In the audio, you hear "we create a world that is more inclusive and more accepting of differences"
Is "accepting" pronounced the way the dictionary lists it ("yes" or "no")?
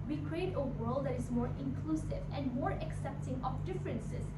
yes